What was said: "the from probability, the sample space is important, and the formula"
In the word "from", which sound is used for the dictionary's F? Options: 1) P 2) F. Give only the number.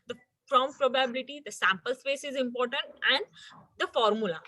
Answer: 1